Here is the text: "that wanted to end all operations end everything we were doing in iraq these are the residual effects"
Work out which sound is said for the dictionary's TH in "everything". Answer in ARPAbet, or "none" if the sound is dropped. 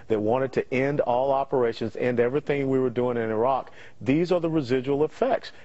TH